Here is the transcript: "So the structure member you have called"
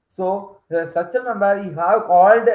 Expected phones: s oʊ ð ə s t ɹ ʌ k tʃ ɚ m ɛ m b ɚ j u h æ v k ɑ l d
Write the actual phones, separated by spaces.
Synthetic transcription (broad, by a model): s oʊ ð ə s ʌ tʃ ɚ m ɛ m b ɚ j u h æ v k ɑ l d